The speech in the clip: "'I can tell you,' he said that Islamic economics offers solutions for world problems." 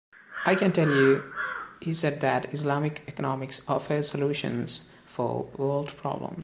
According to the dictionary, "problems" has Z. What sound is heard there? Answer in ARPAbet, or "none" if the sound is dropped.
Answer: none